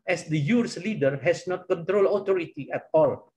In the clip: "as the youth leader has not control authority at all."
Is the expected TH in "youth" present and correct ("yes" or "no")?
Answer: no